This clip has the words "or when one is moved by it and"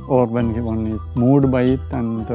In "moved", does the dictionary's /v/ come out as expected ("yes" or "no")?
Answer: no